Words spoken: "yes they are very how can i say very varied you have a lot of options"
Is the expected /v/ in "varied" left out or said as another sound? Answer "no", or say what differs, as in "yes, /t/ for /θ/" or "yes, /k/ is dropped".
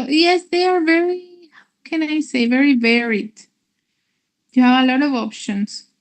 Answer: no